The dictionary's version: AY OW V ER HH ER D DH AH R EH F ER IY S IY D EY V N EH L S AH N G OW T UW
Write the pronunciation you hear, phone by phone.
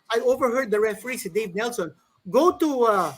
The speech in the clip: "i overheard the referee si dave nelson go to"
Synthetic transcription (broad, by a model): AY OW V ER HH ER D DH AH R EH F ER IY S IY D EY V N EH L S AH N G OW T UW